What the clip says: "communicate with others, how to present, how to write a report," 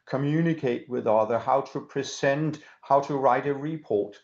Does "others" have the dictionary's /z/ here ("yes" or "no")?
no